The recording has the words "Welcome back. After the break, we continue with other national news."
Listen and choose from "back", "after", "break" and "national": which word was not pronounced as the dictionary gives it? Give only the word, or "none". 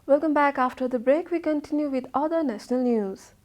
none